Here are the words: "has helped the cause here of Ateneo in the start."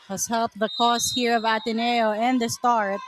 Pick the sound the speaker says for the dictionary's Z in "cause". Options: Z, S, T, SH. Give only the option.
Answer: S